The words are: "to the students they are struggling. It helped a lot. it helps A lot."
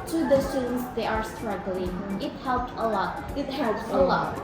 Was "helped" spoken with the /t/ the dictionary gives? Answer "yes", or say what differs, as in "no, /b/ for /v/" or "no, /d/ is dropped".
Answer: yes